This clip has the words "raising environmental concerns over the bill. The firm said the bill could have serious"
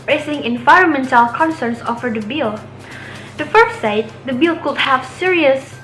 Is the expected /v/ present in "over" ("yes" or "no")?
no